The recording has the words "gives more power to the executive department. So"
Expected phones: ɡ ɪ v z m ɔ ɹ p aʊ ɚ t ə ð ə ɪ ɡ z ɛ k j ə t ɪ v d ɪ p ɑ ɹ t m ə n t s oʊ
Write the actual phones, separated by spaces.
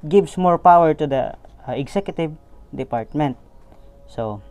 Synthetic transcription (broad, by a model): ɡ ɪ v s m ɔ ɹ p aʊ ɚ t ə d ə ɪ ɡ s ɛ k j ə t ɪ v d ɪ p ɑ ɹ t m ə n t s oʊ